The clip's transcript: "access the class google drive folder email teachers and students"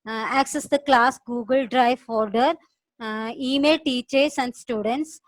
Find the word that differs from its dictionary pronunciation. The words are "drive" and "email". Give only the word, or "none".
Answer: none